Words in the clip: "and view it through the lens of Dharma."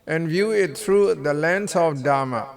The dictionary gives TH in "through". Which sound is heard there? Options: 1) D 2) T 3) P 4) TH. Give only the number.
2